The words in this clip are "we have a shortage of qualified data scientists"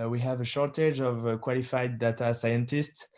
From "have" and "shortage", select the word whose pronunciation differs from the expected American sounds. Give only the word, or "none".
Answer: none